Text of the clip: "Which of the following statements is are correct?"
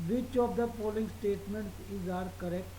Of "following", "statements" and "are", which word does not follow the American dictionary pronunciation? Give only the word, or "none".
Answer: following